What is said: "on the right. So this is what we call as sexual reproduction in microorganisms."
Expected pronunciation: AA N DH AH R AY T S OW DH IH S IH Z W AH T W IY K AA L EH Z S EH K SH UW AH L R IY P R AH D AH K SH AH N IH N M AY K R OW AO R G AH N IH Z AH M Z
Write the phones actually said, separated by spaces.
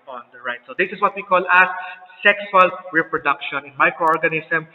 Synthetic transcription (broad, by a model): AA N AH R AY T S OW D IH S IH S W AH T W IY K AA L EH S S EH K S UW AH L R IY P R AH D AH K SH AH N IH N M AY K R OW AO R G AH N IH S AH M